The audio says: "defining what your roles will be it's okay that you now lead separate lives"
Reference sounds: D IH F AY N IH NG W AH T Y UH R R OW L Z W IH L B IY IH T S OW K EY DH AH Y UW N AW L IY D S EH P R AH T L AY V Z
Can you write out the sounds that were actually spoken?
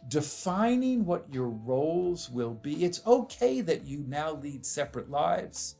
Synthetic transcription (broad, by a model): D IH F AY N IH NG W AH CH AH R R OW L Z W IH L B IY IH T S OW K EY DH AH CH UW N AW L IY D S EH P R AH T L AY V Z